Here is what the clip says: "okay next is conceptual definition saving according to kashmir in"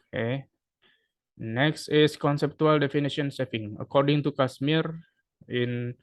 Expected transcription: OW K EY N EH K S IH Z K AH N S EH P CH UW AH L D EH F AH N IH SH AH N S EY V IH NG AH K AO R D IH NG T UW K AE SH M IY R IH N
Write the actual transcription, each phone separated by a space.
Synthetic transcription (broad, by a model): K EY N EH K S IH S K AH N S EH P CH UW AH L D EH F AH N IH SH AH N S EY F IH NG AH K AO R D IH NG T UW K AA S M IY R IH N